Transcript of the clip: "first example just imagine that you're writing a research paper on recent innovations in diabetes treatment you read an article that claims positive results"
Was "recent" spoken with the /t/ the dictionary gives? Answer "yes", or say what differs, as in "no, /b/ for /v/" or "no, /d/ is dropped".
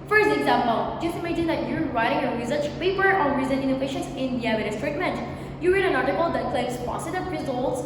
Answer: no, /t/ is dropped